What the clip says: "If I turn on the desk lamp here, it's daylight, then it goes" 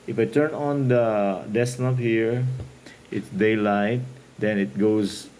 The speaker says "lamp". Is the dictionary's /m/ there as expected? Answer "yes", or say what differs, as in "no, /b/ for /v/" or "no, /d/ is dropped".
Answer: no, /m/ is dropped